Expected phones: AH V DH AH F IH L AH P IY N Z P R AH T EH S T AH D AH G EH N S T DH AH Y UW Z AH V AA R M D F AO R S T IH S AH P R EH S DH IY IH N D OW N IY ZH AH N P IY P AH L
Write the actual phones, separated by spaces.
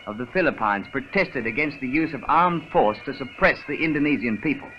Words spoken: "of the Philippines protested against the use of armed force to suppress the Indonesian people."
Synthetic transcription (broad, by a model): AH V DH AH F IH L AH P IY N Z P R AH T EH S T AH D AH G EH N S T DH AH Y UW Z AH V AA R M D F AO R S T IH S AH P R EH S DH IY IH N D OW N IY Z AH N P IY P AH L